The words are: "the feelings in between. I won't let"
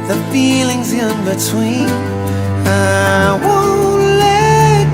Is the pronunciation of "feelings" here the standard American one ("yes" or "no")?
yes